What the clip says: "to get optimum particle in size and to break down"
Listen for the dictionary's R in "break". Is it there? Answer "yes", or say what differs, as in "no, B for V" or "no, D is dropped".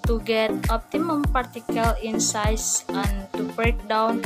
yes